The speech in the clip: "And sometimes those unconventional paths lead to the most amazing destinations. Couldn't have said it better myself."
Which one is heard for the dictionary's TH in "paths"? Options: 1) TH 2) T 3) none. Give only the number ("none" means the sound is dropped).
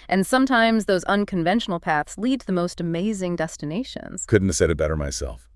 1